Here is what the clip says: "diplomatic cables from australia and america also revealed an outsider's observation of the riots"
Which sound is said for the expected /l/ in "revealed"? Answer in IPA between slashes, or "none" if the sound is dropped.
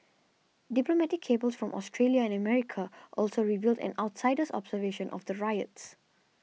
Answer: /l/